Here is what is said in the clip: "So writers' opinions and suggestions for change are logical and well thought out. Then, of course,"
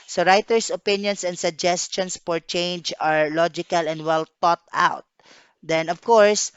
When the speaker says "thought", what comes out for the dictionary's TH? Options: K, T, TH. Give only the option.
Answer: T